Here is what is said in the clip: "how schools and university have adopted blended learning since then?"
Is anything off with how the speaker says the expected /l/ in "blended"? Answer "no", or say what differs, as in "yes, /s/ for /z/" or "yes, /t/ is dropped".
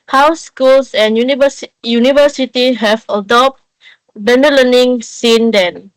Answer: yes, /l/ is dropped